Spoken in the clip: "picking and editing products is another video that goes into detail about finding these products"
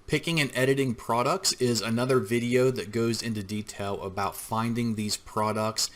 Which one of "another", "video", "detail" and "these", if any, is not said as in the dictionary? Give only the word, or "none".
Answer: none